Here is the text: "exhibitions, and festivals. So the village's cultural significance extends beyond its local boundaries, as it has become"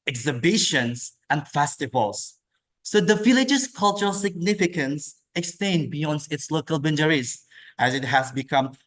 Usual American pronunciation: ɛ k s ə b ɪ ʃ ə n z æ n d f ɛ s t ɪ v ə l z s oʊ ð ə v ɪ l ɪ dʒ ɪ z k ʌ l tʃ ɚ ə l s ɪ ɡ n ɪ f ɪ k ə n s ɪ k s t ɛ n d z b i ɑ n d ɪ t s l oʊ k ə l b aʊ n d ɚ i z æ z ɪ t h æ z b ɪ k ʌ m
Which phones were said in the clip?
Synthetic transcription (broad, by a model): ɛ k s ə b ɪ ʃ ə n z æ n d f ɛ s t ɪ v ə l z s oʊ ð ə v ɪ l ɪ dʒ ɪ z k ʌ l tʃ ɚ ə l s ɪ ɡ n ɪ f ɪ k ə n s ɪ k s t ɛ n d b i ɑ n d ɪ t s l oʊ k ə l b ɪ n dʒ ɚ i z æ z ɪ t h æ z b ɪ k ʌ m